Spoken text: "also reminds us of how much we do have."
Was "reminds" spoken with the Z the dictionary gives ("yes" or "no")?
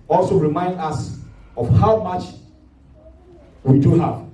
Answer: no